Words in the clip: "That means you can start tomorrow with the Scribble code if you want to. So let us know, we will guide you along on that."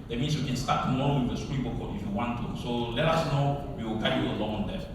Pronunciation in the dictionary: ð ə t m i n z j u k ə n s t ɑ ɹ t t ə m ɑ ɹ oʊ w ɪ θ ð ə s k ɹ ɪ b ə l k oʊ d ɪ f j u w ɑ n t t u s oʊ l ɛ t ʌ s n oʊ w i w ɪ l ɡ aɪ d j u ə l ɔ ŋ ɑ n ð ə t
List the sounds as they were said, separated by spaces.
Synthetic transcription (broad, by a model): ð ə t m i n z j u k ə n s t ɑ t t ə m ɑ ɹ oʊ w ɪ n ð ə s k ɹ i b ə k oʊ ɪ f j u w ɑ n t t u s oʊ l ɛ t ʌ s n oʊ w i w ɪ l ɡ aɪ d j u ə l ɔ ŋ ɑ n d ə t